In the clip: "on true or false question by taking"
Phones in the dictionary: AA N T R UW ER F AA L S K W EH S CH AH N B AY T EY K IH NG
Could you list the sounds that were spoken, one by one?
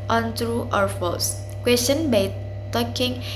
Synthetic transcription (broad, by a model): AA N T R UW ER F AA S K W EH S CH AH N B AY T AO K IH NG